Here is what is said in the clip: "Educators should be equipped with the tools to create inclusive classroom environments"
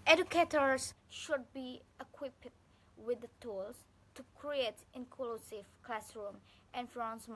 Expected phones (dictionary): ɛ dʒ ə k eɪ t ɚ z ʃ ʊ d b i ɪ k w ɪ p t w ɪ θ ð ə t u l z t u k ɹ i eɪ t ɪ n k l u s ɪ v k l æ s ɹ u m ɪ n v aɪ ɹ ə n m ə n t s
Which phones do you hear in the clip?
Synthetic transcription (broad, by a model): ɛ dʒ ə k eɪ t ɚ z ʃ ʊ d b i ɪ k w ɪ p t w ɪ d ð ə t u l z t u k ɹ i eɪ t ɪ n k l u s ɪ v k l æ s ɹ u m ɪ n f ɹ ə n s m